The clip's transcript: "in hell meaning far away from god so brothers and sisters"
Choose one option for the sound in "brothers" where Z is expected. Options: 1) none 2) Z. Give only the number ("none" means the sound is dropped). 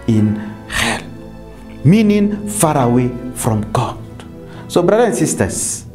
1